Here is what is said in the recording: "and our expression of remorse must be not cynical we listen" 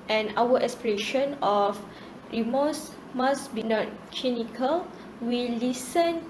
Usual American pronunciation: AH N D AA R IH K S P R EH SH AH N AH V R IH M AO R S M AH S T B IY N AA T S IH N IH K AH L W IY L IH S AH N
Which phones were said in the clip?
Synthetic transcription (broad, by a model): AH N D AA W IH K S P R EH SH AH N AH F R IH M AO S M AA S B IY N AA T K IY N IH K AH L W IY L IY S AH N